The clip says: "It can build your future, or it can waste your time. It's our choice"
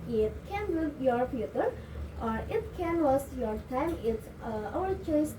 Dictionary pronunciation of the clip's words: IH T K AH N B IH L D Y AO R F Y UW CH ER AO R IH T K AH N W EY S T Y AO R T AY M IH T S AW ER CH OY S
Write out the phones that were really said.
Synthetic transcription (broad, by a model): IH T K AH N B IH D Y AO R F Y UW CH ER AO R IH T K AH N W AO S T Y AO R T AY M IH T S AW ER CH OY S